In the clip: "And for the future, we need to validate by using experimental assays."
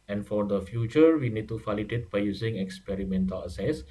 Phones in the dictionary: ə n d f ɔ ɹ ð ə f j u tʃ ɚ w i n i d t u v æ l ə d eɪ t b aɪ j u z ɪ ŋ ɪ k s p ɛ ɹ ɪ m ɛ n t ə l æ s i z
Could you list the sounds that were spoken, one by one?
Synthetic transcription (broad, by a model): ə n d f ɔ ɹ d ə f j u tʃ ɚ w i n i d t u f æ l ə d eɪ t b aɪ j u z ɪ ŋ ɪ k s p ɛ ɹ ɪ m ɛ n t ə l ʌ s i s